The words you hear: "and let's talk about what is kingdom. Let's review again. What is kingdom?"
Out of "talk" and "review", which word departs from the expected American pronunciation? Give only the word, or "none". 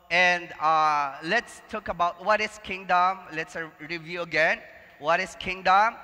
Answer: none